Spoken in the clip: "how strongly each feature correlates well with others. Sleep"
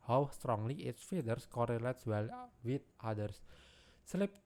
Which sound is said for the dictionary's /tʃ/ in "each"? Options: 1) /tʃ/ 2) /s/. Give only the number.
2